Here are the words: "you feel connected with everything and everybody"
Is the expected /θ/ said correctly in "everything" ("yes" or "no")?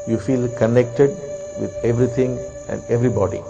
no